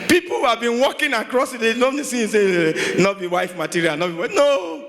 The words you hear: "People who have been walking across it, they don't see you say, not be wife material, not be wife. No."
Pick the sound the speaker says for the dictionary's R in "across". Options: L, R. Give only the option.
R